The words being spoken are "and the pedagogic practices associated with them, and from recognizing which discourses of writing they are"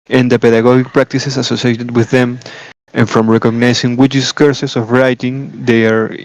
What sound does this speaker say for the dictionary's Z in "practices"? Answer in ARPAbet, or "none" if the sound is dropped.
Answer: S